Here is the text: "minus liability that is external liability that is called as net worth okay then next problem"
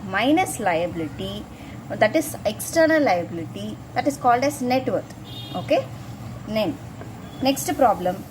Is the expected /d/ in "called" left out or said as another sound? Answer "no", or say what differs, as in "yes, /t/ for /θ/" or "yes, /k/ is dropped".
no